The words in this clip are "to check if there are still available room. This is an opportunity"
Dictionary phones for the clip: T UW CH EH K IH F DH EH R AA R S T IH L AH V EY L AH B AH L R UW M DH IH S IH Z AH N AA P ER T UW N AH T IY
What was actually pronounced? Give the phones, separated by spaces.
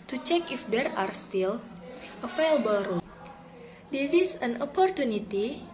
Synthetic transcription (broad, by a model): T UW CH EH K IH F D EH R AA R S T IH L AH F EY L B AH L R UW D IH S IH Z AH N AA P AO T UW N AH T IY